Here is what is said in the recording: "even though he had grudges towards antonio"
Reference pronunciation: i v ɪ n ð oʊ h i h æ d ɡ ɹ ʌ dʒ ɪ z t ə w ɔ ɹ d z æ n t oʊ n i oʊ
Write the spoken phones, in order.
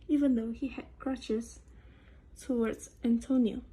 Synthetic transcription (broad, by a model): i v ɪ n ð oʊ h i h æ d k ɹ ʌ tʃ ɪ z t ə w ɔ ɹ d z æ n t oʊ n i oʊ